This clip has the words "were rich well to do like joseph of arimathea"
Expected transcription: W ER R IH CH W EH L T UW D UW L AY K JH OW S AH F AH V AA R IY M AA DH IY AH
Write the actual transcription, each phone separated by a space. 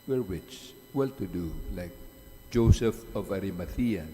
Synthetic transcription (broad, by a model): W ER W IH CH W EH L T UW D UW L AY K JH OW S AH F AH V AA R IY M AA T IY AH